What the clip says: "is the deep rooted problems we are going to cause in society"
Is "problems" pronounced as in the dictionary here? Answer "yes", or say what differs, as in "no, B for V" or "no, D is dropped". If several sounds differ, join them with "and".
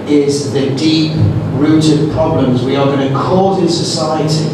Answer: yes